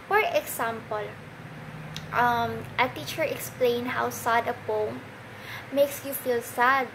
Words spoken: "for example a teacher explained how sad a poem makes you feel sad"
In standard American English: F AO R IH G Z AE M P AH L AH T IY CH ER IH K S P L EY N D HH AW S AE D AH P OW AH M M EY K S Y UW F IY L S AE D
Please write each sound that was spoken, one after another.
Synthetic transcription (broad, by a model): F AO R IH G S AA M P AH L AH T IY CH ER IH K S P L EY N HH AW S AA D AH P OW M M EY K S Y UW F IY L S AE D